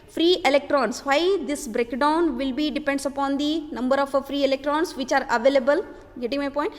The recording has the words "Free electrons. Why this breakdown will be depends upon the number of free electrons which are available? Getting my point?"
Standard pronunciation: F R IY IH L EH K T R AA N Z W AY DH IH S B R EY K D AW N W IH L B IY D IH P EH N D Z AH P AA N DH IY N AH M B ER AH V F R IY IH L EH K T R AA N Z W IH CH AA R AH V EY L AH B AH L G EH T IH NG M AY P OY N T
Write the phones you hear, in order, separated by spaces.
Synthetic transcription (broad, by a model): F R IY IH L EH K T R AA N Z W AY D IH S B R EY K D AW N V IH L B IY D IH P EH N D S AH P AA N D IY N AH M B ER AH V F R IY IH L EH K T R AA N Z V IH CH AA R AH V EY L AH B AH L G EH T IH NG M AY P OY N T